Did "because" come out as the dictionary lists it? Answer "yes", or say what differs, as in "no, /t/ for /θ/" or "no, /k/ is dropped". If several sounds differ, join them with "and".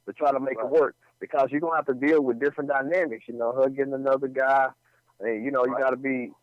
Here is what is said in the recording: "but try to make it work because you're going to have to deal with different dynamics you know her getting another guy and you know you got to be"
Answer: yes